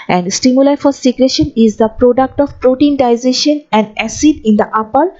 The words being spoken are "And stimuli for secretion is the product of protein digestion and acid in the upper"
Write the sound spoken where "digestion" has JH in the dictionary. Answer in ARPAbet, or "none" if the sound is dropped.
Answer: Z